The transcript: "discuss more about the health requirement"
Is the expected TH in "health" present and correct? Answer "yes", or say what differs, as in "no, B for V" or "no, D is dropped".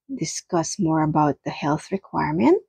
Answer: yes